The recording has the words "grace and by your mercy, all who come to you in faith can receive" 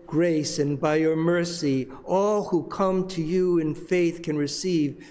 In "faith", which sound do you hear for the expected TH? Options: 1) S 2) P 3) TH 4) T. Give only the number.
3